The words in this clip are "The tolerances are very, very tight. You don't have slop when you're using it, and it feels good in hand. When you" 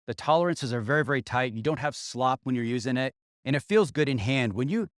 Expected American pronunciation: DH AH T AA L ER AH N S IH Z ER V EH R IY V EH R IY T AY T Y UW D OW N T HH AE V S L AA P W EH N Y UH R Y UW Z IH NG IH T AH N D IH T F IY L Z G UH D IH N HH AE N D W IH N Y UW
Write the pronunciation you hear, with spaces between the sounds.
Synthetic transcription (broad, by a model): DH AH T AA L ER AH N S IH Z ER V EH R IY V EH R IY T AY T Y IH D OW N T HH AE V S L AA P W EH N Y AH R Y UW Z IH NG IH T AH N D IH T F IY L Z G UH D IH N HH AE N D W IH N Y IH